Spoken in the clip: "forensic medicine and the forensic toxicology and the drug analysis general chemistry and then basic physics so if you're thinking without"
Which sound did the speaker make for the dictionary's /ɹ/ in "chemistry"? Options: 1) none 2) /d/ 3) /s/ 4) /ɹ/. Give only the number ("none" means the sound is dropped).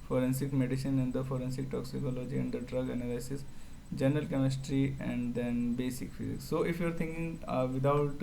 4